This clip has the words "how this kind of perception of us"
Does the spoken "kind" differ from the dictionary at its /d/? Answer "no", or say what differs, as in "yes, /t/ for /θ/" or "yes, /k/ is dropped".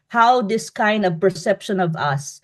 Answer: no